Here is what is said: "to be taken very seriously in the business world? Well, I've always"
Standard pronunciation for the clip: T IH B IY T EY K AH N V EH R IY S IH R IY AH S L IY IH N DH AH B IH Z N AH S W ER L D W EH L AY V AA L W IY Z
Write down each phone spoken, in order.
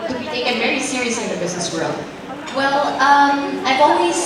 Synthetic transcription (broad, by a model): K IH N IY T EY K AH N V EH R IY S IH R IY AH S L IY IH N DH AH B IH Z N AH S W ER L D W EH L AY V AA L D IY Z